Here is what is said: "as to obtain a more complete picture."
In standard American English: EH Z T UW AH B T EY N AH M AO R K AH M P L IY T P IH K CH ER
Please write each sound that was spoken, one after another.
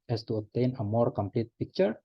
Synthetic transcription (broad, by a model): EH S T UW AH T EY N AH M AO R K AH M P L IY T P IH K CH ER